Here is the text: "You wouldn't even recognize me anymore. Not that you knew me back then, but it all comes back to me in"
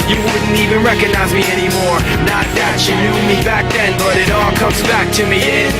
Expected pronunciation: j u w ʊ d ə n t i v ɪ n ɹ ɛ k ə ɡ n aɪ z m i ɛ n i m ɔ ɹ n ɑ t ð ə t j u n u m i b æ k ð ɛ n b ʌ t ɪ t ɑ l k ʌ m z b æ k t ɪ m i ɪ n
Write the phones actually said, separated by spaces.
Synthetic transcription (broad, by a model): j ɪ w ʊ d n t i v ɪ n ɹ ɛ k ə ɡ n aɪ z m i ɛ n i m ɔ ɹ n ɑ t ð ə t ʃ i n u m i b æ k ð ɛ n b ʌ t ɪ t ɑ l k ʌ m z b æ k t ɪ m i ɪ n